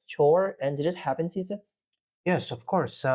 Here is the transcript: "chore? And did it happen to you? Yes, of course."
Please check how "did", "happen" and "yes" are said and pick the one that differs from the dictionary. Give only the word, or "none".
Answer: none